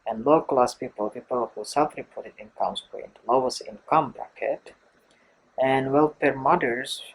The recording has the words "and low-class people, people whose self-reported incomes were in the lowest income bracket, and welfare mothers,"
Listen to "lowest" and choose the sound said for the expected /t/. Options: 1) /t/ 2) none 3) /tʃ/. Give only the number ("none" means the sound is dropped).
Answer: 2